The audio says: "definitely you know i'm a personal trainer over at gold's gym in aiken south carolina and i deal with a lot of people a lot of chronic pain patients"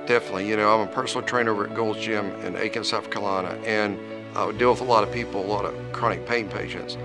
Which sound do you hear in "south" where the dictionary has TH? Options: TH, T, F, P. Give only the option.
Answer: F